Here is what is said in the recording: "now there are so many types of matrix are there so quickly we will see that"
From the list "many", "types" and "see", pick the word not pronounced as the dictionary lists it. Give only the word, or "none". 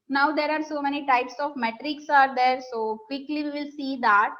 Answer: none